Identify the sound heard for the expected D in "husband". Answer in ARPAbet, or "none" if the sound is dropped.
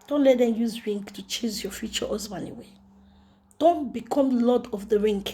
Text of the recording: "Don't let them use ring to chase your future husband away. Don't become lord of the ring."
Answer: none